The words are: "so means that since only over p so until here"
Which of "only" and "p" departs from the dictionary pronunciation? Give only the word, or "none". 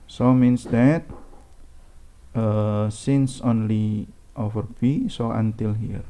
p